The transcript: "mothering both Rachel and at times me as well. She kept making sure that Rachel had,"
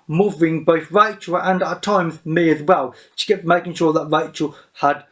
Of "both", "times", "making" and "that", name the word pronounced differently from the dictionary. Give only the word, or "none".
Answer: none